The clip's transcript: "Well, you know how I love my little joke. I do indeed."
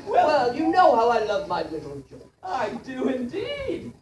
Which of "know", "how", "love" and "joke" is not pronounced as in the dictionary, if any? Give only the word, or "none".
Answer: joke